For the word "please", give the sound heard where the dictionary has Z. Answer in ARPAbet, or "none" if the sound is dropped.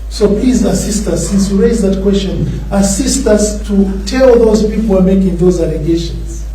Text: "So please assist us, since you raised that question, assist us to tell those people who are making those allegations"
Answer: Z